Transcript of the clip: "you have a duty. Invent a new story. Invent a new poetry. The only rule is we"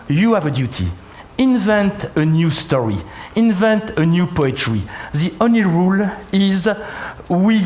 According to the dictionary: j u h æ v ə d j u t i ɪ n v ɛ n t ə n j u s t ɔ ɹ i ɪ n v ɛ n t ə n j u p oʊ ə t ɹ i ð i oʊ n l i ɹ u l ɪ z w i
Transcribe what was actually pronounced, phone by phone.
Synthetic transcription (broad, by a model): j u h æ v ə d j u t i ɪ n v ɛ n t ə n j u s t ɔ ɹ i ɪ n v ɛ n t ə n j u p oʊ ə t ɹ i ð i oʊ n l i ɹ u l ɪ z w i